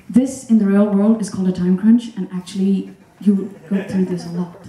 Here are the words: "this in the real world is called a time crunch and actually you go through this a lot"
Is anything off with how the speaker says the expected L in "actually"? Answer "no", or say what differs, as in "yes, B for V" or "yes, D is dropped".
no